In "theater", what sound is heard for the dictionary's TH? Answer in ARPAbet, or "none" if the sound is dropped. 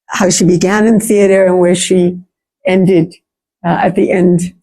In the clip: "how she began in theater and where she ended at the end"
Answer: TH